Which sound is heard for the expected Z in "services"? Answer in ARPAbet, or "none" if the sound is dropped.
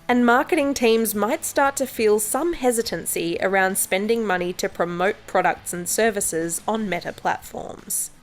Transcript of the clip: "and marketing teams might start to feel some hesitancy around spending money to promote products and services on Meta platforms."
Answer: Z